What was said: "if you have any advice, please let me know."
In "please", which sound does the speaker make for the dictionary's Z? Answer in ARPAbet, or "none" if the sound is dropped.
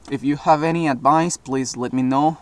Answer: Z